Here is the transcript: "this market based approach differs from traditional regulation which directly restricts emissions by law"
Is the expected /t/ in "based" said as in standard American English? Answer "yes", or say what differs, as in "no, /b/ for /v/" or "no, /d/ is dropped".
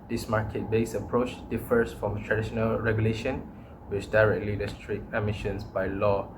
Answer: no, /t/ is dropped